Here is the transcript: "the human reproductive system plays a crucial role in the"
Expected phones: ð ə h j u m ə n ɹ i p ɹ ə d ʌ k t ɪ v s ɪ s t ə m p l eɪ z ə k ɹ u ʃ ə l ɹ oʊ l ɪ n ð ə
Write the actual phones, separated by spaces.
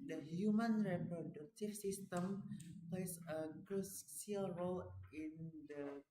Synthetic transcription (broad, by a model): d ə h j u m ə n ɹ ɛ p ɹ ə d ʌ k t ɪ f s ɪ s t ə m p l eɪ s ə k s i ə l ɹ oʊ l ɪ n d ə